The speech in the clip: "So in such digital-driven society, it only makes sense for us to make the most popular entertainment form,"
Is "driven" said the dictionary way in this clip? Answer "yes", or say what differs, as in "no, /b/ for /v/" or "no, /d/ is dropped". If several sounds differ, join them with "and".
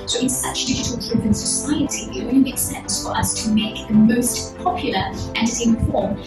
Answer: no, /p/ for /v/